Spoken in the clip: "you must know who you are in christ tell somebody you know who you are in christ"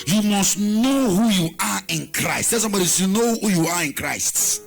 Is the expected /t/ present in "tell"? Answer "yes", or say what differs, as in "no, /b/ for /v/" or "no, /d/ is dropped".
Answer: no, /s/ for /t/